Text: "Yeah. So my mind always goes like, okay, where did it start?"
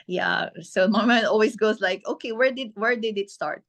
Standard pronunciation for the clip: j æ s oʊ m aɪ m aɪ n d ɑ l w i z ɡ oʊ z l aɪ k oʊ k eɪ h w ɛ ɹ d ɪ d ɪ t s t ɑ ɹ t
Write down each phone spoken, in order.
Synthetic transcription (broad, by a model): j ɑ s oʊ m aɪ m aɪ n ɑ l w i s ɡ oʊ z l aɪ k oʊ k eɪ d w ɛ ɹ d ɪ d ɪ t s t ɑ ɹ t